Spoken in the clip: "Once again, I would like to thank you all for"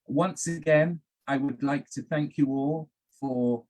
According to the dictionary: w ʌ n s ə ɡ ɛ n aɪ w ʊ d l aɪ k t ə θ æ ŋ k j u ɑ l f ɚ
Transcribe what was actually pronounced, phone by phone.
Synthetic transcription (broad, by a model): w ʌ n s ə ɡ ɛ n aɪ w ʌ d l aɪ k t ə θ æ ŋ k j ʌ ɑ l f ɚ